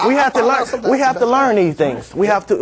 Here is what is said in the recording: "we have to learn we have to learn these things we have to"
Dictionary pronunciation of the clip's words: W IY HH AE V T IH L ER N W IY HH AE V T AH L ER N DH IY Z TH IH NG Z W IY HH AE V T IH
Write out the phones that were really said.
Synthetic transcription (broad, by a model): W IY HH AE F T IH L ER N W IY HH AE F T AH L ER N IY TH IH NG Z W IY HH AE F T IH